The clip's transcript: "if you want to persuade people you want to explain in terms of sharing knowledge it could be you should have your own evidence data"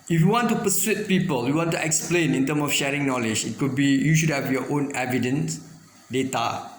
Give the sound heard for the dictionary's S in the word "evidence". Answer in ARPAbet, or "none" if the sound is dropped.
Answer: S